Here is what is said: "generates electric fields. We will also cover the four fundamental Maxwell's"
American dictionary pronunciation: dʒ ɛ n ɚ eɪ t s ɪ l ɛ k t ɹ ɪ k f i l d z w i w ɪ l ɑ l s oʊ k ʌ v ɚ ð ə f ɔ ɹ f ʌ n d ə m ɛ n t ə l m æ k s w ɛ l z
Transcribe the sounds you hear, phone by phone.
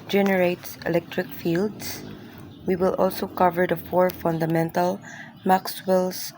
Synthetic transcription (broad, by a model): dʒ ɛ n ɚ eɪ t s ɪ l ɛ k t ɹ ɪ k f i l d s w i w ɪ l ɑ l s oʊ k ʌ v ɚ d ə f ɔ ɹ f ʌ n d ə m ɛ n t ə l m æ k s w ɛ l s